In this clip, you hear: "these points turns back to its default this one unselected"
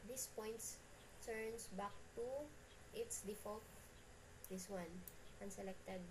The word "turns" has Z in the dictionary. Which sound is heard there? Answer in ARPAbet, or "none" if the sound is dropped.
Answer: S